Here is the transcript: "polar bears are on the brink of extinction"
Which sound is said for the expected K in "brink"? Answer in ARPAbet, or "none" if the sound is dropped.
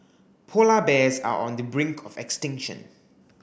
K